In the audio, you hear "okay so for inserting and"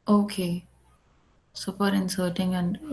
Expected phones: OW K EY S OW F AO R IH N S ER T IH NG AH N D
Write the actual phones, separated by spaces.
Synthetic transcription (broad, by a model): OW K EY S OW P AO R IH N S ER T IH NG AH N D